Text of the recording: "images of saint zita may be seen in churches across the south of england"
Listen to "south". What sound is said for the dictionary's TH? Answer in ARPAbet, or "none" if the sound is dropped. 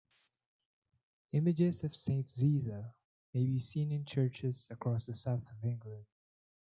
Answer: TH